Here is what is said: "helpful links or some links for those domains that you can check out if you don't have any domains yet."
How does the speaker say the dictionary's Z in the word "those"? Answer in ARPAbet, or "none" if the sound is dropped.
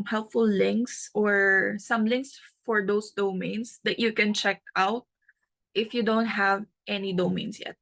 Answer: S